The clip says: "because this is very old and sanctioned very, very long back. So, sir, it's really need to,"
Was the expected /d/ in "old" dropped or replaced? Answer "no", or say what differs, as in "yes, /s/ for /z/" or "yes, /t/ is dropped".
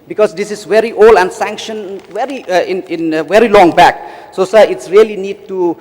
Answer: yes, /d/ is dropped